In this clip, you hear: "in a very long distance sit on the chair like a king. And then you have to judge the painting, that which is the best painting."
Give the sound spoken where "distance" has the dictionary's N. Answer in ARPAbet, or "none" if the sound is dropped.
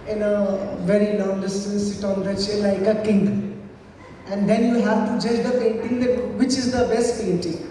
none